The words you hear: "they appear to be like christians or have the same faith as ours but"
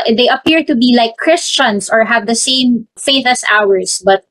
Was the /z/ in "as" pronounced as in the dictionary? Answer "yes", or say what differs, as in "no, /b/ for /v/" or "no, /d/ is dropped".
no, /s/ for /z/